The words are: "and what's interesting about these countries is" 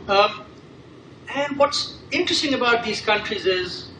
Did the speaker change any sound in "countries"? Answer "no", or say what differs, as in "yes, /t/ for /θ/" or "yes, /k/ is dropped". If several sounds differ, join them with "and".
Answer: no